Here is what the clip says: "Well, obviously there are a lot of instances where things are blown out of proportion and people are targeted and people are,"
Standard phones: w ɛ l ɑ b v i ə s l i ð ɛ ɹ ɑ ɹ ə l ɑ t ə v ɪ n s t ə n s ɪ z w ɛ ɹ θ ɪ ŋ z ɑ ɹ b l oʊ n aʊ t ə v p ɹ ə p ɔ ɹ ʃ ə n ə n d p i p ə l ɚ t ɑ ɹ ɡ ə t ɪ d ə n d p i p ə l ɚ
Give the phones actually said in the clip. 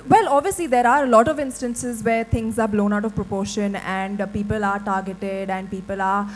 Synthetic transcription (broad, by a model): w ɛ l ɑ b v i ə s l i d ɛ ɹ ɑ ɹ ə l ɑ t ə v ɪ n s t ə n s ɪ z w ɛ ɹ t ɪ ŋ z ɑ ɹ b l oʊ n aʊ t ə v p ɹ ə p ɔ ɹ ʃ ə n ə n d p i p ə l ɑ t ɑ ɹ ɡ ə t ɪ d ə n d p i p ə l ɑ